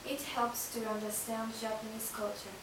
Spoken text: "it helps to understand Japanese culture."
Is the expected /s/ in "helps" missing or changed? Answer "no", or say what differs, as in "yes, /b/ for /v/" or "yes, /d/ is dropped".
no